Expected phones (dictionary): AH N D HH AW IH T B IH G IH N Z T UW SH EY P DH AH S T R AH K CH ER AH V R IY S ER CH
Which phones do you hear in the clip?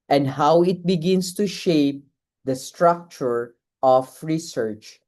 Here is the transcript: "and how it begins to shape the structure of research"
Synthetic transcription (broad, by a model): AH N D HH AW IH T B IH G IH N S T UW SH EY P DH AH S T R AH K CH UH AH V R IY S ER CH